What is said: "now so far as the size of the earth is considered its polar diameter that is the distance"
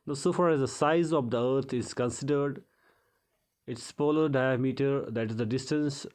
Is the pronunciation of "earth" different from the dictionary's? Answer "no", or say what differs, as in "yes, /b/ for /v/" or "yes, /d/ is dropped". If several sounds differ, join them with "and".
yes, /t/ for /θ/